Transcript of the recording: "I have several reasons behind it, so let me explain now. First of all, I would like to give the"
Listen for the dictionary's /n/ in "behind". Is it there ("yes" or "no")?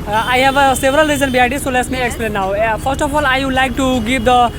no